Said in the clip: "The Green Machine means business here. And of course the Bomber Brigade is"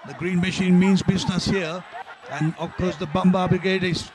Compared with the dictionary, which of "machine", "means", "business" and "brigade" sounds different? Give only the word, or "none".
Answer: none